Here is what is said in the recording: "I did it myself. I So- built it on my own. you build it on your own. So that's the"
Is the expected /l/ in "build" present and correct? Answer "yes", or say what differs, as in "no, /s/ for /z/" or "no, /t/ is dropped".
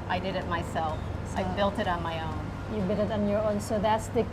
no, /l/ is dropped